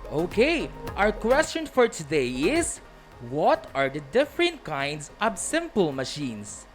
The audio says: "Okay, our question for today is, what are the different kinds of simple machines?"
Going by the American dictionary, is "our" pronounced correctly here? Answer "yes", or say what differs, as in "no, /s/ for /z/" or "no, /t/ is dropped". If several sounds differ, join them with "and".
yes